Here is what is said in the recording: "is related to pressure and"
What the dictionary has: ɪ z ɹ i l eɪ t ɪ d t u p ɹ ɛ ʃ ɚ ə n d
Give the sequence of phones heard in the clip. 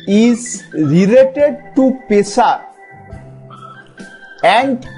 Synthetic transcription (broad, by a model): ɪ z ɹ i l eɪ t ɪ d t u p ɛ s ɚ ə n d